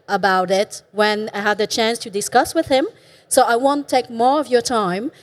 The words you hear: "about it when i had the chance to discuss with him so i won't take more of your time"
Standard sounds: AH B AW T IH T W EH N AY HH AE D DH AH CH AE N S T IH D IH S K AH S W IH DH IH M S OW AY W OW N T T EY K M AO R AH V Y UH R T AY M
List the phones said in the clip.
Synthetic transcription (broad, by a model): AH B AW T IH T W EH N AY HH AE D DH AH CH AE N S T IH D IH S K AH S W IH DH IH M S OW AY W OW N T T EY K M AO R AH V Y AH R T AY M